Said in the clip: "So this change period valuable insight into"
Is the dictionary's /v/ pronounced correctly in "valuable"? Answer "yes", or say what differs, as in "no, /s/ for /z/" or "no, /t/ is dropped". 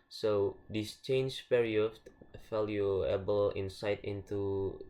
no, /f/ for /v/